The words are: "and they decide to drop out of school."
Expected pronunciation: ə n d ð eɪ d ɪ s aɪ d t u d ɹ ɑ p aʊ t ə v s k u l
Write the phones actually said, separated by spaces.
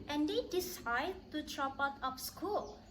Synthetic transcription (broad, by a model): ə n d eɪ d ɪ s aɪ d t u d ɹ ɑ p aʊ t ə p s k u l